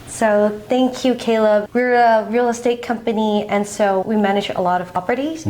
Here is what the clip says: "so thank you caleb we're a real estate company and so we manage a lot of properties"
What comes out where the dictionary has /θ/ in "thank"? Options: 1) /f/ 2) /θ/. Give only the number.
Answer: 2